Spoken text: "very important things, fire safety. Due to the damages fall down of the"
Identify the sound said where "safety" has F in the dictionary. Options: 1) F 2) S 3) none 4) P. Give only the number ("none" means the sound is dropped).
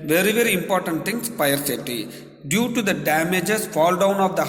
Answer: 3